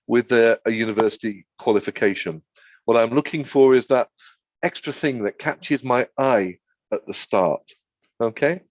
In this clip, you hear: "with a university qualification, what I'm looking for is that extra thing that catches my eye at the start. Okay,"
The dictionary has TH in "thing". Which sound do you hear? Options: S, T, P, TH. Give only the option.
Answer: TH